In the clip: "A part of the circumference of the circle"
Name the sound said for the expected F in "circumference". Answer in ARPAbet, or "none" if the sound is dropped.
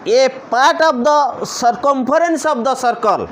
P